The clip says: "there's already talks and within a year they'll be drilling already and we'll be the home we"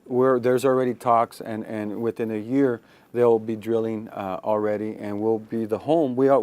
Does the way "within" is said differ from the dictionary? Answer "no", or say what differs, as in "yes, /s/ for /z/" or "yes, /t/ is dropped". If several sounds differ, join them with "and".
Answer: no